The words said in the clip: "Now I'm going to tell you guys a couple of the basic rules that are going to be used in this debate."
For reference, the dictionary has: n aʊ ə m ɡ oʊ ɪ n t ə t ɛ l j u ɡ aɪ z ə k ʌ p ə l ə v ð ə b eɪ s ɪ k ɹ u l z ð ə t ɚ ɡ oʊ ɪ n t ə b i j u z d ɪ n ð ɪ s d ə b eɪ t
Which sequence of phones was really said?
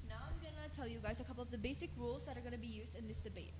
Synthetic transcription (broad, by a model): n aʊ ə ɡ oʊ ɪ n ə t ɛ l j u ɡ aɪ z ə k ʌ p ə l ə v ð ə b eɪ s ɪ k ɹ u l z ð ə t ɚ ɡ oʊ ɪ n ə b i j u z d ɪ n ð ɪ s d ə b eɪ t